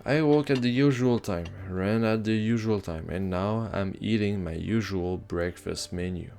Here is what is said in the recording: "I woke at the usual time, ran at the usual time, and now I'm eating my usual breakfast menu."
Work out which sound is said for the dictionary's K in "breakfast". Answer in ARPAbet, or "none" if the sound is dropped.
K